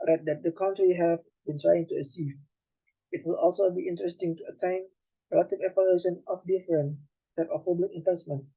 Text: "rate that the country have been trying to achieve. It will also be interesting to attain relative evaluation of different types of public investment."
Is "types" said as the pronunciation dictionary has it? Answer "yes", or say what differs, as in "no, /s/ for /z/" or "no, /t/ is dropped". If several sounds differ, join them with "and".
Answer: no, /s/ is dropped